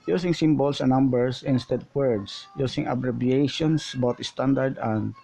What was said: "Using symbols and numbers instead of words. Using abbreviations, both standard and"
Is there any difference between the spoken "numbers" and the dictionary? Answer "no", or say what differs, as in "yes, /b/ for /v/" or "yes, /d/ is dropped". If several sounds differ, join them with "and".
yes, /s/ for /z/